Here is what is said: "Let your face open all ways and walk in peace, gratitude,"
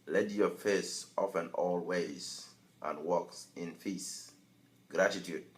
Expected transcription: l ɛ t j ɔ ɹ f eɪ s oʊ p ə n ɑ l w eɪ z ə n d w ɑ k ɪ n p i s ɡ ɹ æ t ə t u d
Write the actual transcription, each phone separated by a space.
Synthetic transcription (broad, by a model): l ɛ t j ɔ f eɪ s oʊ f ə n ɑ l w eɪ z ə n w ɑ k ɪ n f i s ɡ ɹ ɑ t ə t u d